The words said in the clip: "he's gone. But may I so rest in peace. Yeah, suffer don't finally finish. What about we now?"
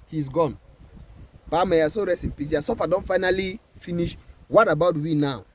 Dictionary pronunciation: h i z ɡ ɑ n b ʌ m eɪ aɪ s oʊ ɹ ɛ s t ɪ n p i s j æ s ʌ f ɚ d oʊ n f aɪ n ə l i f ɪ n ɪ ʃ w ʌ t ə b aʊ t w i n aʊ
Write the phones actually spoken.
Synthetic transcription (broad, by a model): h i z ɡ ɑ n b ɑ m eɪ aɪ s oʊ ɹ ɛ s ɪ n p i s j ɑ s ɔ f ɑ d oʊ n f aɪ n ə l i f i n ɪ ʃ w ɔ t ə b aʊ t w i n aʊ